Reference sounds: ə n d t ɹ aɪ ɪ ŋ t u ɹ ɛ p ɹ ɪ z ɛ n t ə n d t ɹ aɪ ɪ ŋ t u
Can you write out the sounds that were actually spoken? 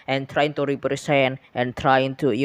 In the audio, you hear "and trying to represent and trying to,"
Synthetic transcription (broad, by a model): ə n t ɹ aɪ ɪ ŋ t u ɹ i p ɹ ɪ s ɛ n t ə n t ɹ aɪ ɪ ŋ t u